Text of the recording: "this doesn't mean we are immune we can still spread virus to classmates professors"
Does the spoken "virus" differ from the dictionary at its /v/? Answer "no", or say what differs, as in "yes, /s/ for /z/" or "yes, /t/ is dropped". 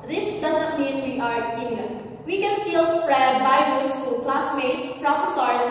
yes, /b/ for /v/